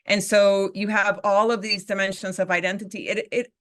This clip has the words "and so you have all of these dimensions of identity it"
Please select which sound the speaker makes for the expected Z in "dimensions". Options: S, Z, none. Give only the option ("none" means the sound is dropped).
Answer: Z